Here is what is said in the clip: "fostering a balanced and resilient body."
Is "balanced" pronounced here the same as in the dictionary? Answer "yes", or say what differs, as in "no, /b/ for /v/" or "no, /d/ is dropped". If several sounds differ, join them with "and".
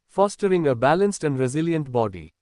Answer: yes